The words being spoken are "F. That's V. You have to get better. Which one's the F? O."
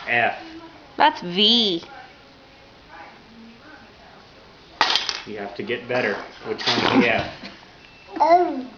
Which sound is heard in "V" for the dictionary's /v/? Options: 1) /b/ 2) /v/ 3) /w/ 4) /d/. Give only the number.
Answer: 2